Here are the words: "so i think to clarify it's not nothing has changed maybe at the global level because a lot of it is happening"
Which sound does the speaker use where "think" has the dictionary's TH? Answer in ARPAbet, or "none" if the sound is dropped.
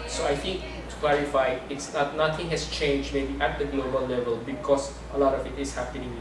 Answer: T